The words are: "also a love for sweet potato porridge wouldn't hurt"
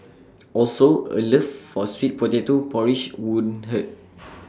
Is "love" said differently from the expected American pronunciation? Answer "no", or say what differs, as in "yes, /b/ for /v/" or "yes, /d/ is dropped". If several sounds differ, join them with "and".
yes, /f/ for /v/